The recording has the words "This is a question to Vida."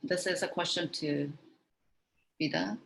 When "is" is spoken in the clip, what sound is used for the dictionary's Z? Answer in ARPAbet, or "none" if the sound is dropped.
Z